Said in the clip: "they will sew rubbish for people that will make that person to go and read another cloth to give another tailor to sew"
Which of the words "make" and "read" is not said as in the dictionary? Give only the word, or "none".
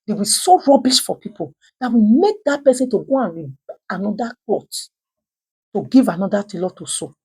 read